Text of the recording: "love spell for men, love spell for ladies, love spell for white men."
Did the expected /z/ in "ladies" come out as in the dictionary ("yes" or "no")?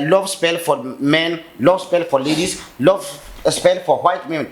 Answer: no